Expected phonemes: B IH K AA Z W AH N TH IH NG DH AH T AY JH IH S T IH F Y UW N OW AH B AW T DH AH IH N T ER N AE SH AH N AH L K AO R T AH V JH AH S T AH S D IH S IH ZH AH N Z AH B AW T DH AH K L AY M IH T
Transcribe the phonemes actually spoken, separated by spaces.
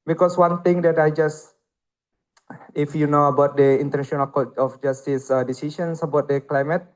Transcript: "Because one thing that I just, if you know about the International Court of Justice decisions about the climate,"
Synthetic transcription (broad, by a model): B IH K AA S W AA N T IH NG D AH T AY JH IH S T IH F Y UW N OW AH B AW T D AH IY N T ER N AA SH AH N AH L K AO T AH F JH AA S T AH S D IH S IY SH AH N S AH B AW T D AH K L AY M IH T